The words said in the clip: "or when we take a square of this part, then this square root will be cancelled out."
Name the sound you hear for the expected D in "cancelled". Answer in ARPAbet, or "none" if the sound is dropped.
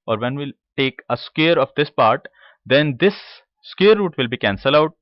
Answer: none